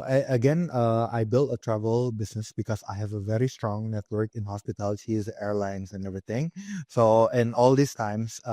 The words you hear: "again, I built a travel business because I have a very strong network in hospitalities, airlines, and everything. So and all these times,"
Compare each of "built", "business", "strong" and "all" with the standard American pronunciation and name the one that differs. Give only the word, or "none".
business